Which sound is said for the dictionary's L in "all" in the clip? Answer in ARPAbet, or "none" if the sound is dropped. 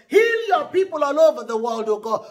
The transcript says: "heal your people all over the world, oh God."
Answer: N